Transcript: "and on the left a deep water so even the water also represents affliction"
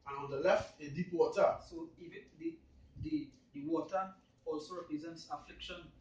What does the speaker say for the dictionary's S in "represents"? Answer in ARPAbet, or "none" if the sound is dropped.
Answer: S